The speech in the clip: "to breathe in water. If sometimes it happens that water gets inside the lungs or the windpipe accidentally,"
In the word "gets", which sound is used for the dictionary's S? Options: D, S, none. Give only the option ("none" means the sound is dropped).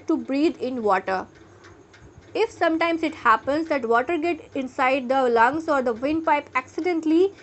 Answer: none